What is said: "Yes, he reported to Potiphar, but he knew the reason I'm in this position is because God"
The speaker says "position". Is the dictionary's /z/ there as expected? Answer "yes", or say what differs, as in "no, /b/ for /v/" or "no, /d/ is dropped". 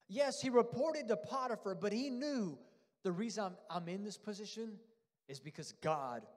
yes